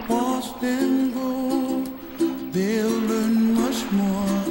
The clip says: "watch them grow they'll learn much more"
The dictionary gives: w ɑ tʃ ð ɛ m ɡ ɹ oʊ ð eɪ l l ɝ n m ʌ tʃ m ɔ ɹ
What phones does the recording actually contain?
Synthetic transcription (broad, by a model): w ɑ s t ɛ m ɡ oʊ ð eɪ l l ɝ n m ʌ tʃ m ɔ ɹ